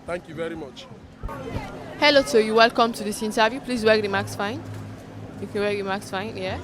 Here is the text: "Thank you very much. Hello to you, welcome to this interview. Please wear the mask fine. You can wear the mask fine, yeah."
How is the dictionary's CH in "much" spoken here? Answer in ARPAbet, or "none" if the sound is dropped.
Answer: CH